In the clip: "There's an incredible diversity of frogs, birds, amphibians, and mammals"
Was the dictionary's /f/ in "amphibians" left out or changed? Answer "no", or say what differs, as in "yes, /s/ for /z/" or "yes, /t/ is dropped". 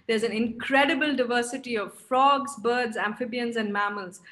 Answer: no